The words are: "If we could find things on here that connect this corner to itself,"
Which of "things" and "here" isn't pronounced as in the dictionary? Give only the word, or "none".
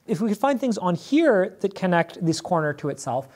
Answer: none